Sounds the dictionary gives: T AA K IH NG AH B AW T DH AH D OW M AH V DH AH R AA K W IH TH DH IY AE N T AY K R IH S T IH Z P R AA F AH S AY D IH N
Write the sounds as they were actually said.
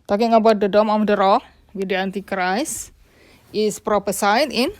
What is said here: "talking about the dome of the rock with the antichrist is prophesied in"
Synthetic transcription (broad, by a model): T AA K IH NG AH B AW T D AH D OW M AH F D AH R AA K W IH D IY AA N T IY K R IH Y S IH S P R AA P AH S AY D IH N